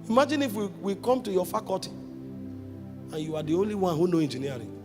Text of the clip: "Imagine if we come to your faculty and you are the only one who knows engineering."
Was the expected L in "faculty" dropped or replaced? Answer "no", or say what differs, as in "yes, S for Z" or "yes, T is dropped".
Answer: yes, L is dropped